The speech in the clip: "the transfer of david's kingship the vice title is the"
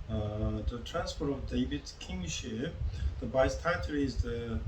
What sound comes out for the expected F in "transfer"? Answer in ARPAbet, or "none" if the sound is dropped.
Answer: P